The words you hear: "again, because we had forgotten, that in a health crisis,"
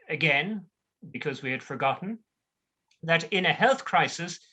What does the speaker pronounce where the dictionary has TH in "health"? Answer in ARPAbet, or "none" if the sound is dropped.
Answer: TH